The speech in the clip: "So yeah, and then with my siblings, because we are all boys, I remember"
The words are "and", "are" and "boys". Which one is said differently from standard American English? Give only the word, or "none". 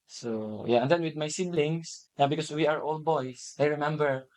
boys